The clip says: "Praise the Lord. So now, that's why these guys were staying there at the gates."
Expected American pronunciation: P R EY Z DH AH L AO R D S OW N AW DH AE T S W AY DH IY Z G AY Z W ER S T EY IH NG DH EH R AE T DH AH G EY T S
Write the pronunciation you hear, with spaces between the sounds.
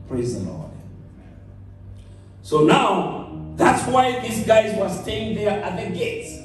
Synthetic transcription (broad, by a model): P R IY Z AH N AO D S OW N AW DH AE T S W AY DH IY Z G AY Z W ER S T EY IH NG DH EH R T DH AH G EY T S